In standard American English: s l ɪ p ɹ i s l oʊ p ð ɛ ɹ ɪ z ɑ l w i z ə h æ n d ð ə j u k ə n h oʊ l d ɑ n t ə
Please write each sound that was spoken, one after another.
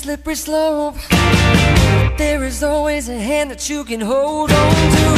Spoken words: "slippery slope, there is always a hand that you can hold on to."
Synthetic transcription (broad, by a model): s l ɪ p ɹ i s l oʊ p ð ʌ ɹ ɪ z ɑ l w i z ə h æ n ð ə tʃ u k ə n h oʊ l d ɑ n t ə